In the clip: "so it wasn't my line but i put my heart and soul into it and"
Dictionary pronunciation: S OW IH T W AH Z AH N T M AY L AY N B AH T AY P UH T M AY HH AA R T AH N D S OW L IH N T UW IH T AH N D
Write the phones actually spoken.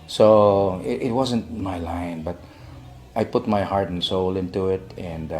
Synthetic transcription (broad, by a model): S OW IH T W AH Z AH N T M AY L AY N B AH T AY P UH T M AY HH AA R T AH N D S OW L IH N T UW IH T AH N D